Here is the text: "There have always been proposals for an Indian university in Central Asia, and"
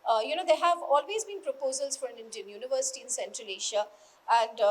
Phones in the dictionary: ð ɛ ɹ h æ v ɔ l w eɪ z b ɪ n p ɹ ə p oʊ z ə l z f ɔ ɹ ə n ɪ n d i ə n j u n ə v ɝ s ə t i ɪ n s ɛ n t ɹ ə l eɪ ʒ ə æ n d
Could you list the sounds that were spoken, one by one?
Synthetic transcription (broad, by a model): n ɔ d h æ v ɔ l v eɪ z b ɪ n p ɹ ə p oʊ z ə l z f ɔ ɹ ə n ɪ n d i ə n j u n ə v ɝ s ə t i ɪ n s ɛ n t ɹ ə l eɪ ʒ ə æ n d